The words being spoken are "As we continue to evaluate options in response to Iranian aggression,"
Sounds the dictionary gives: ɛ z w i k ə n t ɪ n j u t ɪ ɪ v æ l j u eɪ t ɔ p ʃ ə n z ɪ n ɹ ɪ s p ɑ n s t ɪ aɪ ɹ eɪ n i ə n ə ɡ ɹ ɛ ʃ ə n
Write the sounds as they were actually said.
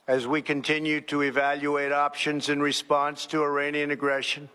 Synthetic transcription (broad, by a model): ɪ z w i k ə n t ɪ n j u t ɪ ɪ v æ l j u eɪ t ɔ p ʃ ə n z ɪ n ɹ ɪ s p ɑ n s t ɪ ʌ ɹ eɪ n i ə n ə ɡ ɹ ɛ ʃ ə n